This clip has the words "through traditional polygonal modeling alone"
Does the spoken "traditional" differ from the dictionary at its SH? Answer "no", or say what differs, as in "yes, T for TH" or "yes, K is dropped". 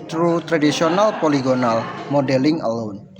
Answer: yes, S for SH